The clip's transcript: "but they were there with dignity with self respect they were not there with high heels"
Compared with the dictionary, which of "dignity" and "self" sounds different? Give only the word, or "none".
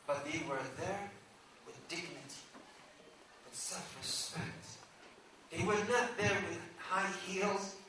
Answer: self